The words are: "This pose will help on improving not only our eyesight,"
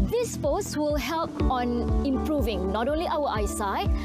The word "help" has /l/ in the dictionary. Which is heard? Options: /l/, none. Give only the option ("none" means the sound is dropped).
/l/